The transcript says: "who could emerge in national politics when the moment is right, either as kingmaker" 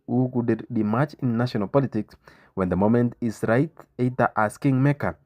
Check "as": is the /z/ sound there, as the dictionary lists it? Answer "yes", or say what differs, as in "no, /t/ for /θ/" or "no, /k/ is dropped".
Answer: no, /s/ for /z/